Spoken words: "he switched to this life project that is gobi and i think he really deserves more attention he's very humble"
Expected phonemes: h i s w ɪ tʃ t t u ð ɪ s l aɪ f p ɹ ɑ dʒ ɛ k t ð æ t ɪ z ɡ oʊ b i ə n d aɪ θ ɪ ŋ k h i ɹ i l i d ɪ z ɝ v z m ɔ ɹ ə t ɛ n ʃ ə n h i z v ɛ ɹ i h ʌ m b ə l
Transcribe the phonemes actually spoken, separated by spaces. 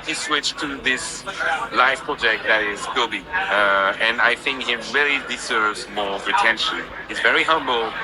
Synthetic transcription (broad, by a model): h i s w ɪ tʃ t t u ð ɪ s l aɪ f p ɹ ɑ dʒ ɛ k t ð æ t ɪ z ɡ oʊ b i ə n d aɪ θ ɪ ŋ k h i ɹ i l i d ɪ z ɝ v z m ɔ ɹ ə t ɛ n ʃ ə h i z v ɛ ɹ i h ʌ m b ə l